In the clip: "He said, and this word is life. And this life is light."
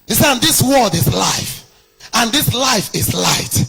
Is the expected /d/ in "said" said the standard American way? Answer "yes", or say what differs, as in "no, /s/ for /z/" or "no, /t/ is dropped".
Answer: no, /d/ is dropped